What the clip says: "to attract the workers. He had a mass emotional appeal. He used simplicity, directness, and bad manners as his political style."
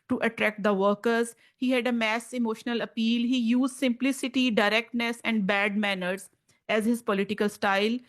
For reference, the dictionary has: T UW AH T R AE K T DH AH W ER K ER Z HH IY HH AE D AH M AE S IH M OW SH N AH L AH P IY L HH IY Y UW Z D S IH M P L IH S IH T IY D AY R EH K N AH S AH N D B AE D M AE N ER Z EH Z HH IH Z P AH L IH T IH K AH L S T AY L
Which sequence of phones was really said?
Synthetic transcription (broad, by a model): T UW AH T R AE K T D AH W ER K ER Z HH IY HH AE D AH M AE S IH M OW SH N AH L AH P IY L HH IY Y UW Z D S IH M P L IH S IH T IY D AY R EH K N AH S AH N D B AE D M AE N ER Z EH Z HH IH Z P AH L IH T IH K AH L S T AY L